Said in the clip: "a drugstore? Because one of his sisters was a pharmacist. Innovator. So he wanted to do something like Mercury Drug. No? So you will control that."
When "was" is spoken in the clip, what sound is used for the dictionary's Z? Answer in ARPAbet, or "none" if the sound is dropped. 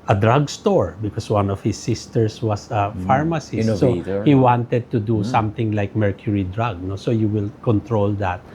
S